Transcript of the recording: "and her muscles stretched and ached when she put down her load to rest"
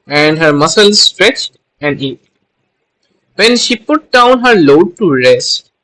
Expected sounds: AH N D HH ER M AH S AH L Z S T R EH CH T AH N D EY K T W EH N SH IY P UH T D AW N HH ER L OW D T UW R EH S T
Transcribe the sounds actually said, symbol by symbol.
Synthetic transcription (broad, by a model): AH N D HH ER M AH S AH L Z S T R EH CH T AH N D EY T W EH N SH IY P UH T D AW N HH ER L OW D T UW R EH S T